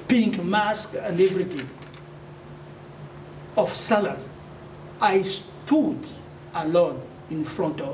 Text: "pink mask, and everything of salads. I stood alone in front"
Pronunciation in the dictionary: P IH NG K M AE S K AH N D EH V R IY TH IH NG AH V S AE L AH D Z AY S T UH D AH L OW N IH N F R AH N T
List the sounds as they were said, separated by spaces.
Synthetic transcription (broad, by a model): P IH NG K M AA S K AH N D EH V R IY T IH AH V S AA L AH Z AY S T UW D AH L OW N IH N F R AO N T